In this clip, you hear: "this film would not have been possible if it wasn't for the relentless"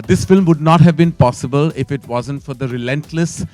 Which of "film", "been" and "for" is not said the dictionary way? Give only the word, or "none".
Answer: none